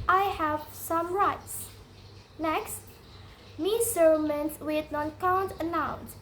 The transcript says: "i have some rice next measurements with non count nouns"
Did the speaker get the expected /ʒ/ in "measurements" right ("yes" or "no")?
no